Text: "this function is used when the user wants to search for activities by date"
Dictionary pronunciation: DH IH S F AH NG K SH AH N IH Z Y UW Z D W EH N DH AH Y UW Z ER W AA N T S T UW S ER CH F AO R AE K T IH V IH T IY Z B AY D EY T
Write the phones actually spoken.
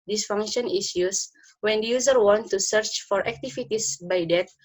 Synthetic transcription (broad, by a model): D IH S F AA NG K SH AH N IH S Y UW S W EH N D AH Y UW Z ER W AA N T T UW S ER CH F AO R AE K T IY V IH T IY S B AY D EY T